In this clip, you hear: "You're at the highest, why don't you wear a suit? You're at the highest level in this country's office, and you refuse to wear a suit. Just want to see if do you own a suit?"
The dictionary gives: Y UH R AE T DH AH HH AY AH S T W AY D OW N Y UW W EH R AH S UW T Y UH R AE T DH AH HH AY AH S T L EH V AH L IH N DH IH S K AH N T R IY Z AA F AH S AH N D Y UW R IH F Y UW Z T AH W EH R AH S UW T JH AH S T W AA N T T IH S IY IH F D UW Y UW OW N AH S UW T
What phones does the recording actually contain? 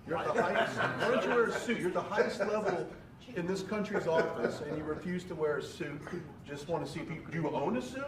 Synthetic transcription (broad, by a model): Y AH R DH AH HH AY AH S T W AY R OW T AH W EH R AH S UW T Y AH R DH AH HH AY AH S T L EH V L IH N DH IH S K AH N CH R IY Z AA F AH S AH N Y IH R IH F Y UW Z T AH W EH R AH S UW T JH AH S T W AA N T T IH S IY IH P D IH Y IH OW N AH S UW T